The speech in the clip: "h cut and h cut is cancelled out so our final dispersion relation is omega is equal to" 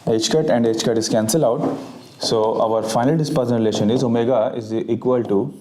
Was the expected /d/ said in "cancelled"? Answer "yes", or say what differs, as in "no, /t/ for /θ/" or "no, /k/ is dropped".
no, /d/ is dropped